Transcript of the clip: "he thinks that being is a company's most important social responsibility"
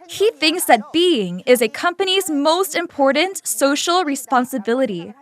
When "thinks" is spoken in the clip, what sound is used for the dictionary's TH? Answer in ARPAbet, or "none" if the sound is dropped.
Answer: TH